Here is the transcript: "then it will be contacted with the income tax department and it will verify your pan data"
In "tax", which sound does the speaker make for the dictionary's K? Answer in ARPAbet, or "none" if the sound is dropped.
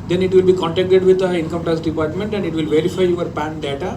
none